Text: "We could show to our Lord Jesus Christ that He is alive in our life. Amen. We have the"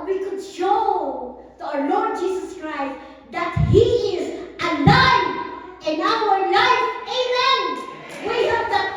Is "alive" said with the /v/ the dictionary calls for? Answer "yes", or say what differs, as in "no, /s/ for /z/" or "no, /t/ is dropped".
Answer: no, /v/ is dropped